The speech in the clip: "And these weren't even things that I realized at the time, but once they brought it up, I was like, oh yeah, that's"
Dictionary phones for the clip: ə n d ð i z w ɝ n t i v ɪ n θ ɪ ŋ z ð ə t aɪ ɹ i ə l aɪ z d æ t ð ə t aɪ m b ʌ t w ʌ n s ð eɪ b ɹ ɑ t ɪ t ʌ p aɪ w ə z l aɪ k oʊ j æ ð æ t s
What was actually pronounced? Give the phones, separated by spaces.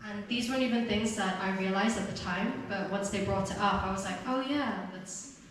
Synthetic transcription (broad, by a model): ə n ð i z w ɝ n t i v ɪ n θ ɪ ŋ z ð ə t aɪ ɹ i ə l aɪ z d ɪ t ð ə t aɪ m b ʌ t w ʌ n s ð eɪ b ɹ ɑ t ɪ t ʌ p aɪ w ə z l aɪ k oʊ j æ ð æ t s